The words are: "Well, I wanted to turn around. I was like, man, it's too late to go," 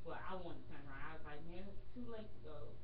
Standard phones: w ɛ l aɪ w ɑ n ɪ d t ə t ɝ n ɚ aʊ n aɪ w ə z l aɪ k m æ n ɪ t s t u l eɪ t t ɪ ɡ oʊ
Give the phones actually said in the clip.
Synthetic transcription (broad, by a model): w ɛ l aɪ w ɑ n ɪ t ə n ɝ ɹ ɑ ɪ aɪ w ə z l aɪ k m æ n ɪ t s t u l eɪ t t ɪ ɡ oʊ